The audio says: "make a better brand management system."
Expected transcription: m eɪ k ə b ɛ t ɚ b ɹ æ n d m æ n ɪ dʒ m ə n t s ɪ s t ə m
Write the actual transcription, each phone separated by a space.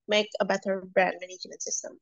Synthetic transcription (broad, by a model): m eɪ k ə b ɛ t ɚ b ɹ æ n d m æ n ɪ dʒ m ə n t s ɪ s t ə m